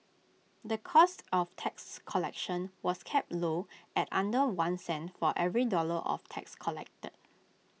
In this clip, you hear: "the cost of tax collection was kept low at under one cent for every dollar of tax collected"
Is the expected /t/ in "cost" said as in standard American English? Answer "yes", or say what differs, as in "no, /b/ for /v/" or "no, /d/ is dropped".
yes